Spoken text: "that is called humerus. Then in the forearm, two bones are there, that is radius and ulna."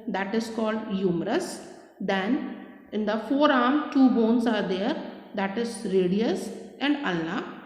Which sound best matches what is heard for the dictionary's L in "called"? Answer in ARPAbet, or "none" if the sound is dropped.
L